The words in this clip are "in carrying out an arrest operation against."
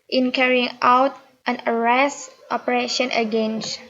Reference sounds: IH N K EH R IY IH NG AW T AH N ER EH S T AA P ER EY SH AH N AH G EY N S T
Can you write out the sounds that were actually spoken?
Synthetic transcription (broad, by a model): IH N K EH R IY IH NG AW T AH N ER EH S T AA P ER EY SH AH N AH G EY N S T